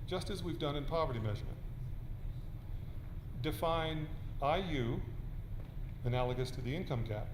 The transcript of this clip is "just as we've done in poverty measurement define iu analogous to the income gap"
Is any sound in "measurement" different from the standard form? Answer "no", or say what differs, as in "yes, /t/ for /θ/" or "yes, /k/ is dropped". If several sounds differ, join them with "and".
no